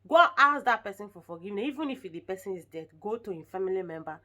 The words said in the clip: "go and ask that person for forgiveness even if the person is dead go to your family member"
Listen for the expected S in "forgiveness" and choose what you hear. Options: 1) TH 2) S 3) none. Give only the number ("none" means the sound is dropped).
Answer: 3